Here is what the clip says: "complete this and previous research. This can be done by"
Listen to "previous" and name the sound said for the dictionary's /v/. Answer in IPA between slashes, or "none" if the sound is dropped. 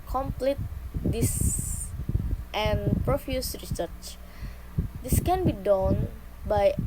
/f/